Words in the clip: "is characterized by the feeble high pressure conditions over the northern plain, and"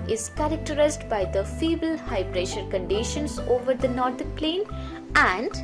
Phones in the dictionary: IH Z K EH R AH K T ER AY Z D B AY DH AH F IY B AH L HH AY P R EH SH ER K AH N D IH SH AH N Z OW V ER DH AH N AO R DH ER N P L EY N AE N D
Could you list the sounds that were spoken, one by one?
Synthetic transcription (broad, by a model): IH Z K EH R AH K T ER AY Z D B AY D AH F IY B AH L HH AY B R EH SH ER K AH N D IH SH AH N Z OW V ER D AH N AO R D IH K P L EY N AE N D